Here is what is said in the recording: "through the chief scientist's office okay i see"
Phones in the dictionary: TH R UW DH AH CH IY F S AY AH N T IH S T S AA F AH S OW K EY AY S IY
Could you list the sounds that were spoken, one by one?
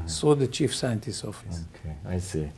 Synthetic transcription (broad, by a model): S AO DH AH CH IY F S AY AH N T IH S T AA F AH S OW K EY AY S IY